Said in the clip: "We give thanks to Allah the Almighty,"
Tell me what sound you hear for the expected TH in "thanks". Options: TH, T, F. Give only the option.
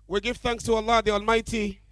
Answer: TH